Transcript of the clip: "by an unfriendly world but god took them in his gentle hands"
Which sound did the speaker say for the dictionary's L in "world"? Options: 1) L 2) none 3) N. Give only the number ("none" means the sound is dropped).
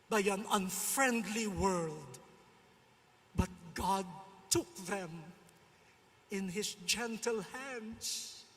1